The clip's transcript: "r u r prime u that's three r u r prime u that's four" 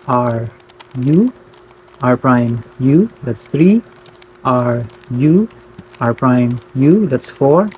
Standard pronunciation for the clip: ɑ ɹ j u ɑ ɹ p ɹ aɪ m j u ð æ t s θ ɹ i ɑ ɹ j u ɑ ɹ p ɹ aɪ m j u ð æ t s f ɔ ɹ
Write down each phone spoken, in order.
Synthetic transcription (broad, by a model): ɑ ɹ j u ɑ ɹ p ɹ aɪ m j u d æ t s t ɹ i ɑ ɹ j u ɑ ɹ p ɹ aɪ m j u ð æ t s f ɔ ɹ